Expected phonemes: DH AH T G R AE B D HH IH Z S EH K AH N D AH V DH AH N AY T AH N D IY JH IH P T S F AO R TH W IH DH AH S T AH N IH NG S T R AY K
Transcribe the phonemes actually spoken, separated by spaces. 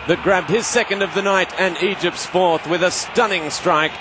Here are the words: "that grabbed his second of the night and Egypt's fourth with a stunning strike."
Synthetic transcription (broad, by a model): DH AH T G R AE B D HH IH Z S EH K AH N D AH V DH AH N AY T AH N IY JH IH P T S F AO R TH W IH DH AH S T AH N IH NG S T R AY K